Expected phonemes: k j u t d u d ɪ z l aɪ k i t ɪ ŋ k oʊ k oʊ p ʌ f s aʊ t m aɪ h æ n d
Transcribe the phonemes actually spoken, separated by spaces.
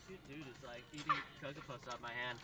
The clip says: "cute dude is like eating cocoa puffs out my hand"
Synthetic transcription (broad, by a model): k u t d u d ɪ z l aɪ k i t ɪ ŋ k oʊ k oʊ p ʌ s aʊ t m aɪ h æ n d